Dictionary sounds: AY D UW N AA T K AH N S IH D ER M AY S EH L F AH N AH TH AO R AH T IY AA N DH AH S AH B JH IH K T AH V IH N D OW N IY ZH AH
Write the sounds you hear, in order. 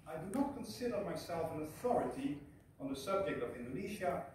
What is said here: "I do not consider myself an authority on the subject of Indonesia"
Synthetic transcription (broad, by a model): AY D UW N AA T K AH N S IH D ER M AY S EH L F AH N AH TH AO R AH T IY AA N DH AH S AH B JH IH K T AH V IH N D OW N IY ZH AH